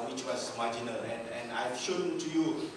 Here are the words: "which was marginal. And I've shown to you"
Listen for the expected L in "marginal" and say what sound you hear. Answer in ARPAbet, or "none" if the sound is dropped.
N